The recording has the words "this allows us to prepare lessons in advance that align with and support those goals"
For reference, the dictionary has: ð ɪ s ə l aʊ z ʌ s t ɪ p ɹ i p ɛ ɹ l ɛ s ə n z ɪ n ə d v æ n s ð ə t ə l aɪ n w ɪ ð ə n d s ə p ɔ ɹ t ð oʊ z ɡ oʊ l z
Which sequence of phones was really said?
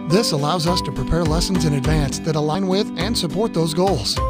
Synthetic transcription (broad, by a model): ð ɪ s ə l aʊ z ʌ s t ɪ p ɹ i p ɛ ɹ l ɛ s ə n z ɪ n ə d v æ n s ð ə t ə l aɪ n w ɪ ð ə n s ə p ɔ ɹ t ð oʊ z ɡ oʊ l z